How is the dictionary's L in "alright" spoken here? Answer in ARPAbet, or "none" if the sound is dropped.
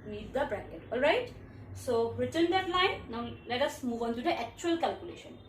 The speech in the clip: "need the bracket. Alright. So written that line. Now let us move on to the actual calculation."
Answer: L